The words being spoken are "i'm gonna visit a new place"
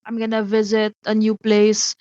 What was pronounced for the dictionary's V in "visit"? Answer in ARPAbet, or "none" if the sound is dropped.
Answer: V